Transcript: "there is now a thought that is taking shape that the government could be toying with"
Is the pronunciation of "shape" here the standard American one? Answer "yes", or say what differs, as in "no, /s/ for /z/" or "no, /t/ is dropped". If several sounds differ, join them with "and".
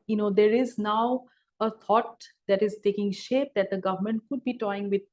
yes